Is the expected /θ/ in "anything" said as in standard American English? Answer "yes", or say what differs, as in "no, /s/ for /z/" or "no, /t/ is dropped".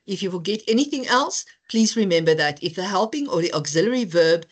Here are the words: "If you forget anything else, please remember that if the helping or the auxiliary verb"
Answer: yes